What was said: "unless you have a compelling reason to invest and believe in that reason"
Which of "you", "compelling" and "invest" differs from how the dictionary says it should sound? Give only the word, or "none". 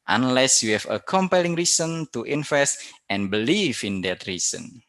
invest